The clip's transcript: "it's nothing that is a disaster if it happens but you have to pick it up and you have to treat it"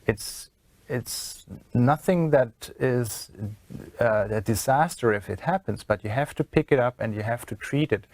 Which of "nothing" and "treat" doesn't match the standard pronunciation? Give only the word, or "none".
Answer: none